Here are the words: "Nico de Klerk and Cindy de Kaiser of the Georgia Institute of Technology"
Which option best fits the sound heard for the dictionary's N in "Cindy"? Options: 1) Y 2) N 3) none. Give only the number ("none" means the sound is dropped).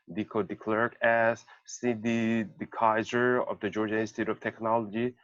3